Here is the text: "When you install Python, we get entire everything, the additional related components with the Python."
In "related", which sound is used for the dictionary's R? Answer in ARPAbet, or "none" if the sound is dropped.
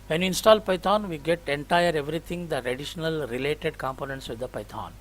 R